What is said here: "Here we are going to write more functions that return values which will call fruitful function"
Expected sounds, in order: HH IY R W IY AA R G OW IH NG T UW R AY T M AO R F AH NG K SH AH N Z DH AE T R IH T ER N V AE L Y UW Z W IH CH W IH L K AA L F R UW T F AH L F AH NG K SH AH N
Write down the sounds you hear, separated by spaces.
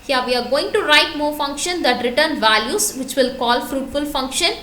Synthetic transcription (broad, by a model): HH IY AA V IY AA R G OW IH NG T UW R AY T M AO R F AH NG K SH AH N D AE T R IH T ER N V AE L Y UW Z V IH CH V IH L K AA L F R UW T F AH L F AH NG K SH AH N